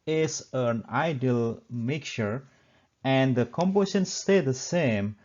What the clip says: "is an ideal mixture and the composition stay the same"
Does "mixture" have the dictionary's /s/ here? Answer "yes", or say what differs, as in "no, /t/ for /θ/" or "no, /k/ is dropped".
no, /s/ is dropped